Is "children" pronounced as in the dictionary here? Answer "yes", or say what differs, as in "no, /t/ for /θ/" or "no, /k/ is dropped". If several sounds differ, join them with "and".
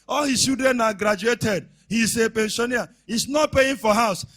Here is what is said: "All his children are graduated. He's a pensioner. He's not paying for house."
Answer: no, /l/ is dropped and /ɹ/ is dropped